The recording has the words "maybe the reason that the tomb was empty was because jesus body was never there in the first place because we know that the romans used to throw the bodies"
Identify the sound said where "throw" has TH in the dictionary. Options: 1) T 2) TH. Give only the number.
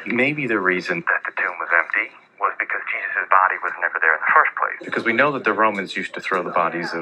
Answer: 2